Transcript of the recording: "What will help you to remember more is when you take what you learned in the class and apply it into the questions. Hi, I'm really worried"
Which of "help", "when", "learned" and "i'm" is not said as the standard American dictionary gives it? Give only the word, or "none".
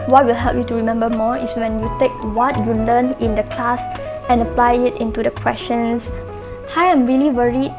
learned